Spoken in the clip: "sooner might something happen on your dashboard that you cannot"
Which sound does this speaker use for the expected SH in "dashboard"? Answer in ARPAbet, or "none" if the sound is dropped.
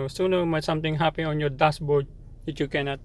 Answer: S